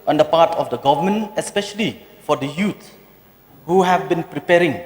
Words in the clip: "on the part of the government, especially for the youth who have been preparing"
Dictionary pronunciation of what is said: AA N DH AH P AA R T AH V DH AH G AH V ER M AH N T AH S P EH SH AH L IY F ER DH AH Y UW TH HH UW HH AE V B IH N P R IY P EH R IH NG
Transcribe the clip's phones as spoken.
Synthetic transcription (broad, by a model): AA N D AH P AA T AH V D AH G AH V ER M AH N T AH S P EH SH AH L IY F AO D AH Y UW S HH UW HH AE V B IH N P R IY P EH R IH NG